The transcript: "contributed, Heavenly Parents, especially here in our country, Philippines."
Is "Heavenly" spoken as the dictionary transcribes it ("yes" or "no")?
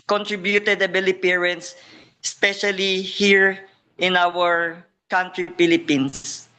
no